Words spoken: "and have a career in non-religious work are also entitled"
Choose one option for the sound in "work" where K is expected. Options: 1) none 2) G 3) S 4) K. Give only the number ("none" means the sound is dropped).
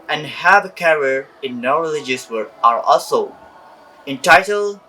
1